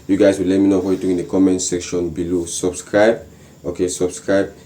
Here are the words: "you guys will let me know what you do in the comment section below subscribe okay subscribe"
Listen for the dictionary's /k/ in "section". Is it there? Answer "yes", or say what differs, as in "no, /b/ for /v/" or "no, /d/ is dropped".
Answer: yes